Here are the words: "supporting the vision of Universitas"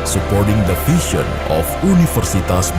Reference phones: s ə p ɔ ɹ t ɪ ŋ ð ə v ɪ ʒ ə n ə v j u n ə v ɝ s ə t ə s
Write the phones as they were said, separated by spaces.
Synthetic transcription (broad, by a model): s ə p ɔ ɹ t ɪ ŋ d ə f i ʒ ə n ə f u n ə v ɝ s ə t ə s